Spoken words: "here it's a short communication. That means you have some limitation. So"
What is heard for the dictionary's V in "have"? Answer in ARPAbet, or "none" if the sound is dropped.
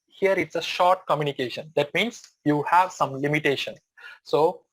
V